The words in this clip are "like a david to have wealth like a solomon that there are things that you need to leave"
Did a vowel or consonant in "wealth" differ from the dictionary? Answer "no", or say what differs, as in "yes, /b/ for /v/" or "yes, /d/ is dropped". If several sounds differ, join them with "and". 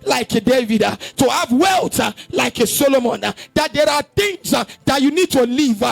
yes, /t/ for /θ/